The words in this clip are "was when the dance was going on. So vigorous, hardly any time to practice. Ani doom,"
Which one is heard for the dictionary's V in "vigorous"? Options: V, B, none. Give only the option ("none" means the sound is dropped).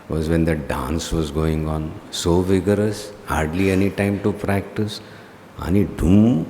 V